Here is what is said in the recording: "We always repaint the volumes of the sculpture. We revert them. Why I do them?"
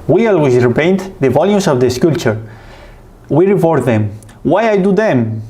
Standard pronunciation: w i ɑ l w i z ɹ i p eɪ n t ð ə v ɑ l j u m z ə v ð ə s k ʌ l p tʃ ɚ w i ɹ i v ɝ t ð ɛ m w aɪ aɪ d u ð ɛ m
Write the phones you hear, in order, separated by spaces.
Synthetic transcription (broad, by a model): w i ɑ l w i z ɹ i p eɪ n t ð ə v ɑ l j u m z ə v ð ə s k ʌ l tʃ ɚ w i ɹ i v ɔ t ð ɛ m w aɪ aɪ d u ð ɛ m